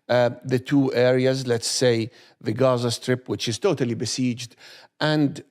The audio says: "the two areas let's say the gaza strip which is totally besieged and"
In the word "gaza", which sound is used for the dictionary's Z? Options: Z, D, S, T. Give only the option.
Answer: Z